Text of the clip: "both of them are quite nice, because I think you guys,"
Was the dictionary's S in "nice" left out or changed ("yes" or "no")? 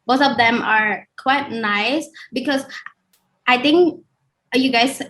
no